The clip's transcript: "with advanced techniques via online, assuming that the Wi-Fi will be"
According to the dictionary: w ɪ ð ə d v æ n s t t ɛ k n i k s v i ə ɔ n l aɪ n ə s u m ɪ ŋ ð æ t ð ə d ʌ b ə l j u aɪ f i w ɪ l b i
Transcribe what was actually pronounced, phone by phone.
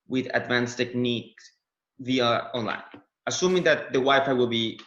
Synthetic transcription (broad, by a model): w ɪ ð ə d v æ n s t t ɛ k n i k v i ə ɔ n l aɪ n ə s u m ɪ ŋ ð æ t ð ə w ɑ ə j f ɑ w ɪ l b i